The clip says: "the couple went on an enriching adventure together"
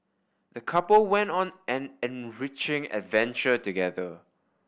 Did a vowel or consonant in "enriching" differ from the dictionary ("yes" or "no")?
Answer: no